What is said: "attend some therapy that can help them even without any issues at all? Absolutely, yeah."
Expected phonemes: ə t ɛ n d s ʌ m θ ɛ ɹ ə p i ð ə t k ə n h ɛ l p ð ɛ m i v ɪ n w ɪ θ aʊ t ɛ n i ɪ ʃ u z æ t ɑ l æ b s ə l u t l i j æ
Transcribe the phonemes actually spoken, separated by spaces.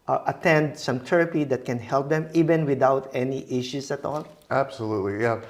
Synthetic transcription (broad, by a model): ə t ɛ n d s ʌ m t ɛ ɹ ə p i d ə t k ə n h ɛ l p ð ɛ m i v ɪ n w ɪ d aʊ t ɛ n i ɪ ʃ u s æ t ɑ l æ b s ə l u t l i j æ